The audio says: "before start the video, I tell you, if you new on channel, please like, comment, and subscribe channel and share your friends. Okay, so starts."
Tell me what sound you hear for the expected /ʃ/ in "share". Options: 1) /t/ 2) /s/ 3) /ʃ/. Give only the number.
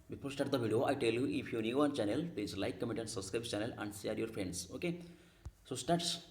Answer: 2